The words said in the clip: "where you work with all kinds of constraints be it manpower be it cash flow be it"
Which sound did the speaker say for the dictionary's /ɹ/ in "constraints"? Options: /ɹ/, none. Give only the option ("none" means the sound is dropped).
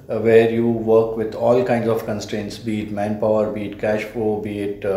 /ɹ/